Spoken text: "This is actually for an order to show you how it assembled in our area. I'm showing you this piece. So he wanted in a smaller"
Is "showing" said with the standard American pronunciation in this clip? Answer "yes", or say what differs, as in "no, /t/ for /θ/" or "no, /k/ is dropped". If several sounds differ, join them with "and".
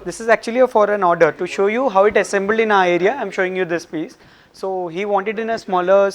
yes